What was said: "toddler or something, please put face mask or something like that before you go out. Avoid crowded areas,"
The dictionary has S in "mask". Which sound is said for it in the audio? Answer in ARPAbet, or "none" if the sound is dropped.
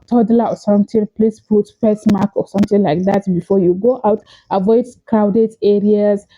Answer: none